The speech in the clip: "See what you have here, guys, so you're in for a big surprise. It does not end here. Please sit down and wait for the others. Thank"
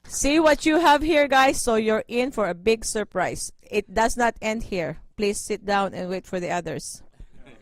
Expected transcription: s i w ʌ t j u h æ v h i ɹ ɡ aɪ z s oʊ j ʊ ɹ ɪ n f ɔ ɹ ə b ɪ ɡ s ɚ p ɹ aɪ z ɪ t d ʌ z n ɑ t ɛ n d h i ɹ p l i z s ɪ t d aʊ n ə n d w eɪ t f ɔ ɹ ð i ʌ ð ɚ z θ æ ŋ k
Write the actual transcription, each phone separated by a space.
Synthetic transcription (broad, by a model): s i w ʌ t j u h æ v h i ɹ ɡ aɪ s oʊ j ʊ ɹ ɪ n f ɔ ɹ ə b ɪ ɡ s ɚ p ɹ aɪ s ɪ t d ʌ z n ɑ t ɛ n d h i ɹ p l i s ɪ t d aʊ n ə n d w eɪ t f ɔ ɹ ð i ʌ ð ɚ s